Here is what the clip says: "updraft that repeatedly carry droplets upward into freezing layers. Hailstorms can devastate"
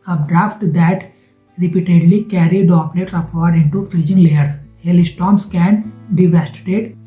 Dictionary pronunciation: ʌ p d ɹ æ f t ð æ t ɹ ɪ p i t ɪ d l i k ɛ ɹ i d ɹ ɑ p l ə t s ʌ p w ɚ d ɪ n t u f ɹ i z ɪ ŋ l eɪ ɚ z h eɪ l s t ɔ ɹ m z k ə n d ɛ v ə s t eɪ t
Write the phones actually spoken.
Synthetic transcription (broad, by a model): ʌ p d ɹ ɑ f t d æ t ɹ ɪ p i t ɪ d l i k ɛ ɹ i d ɑ p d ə t s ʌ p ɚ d ɪ n t u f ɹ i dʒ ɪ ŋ l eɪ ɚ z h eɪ l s t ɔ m s k ə n d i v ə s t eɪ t